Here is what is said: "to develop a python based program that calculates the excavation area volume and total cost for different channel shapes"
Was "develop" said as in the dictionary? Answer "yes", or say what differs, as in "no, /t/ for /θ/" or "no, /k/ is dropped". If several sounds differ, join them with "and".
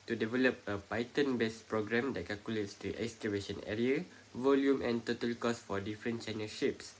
yes